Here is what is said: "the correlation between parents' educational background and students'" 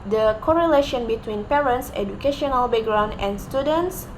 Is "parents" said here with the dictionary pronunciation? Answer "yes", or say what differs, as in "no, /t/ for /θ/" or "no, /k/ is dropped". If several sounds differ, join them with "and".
yes